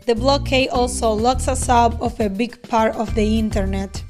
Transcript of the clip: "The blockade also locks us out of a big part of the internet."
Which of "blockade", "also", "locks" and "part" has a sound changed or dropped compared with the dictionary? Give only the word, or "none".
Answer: blockade